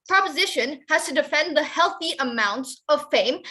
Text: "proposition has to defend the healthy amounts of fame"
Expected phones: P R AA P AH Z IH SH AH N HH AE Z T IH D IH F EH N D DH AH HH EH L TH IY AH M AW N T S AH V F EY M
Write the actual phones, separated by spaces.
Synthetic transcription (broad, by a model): P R AA P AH Z IH SH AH N HH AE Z T IH D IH F EH N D DH AH HH EH L TH IY AH M AW N T S AH V F EY M